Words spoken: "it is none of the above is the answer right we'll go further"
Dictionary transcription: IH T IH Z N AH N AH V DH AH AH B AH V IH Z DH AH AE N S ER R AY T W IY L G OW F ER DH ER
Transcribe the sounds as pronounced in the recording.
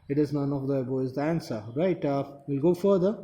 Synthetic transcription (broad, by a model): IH T IH Z N AH N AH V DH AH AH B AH IH Z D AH AE N S ER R AY T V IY L G OW F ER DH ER